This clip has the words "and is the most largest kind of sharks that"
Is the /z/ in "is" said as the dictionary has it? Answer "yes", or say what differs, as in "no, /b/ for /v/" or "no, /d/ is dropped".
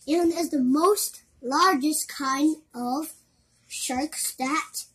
yes